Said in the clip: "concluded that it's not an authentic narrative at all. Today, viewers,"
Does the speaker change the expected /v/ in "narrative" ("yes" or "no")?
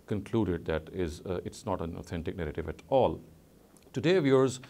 no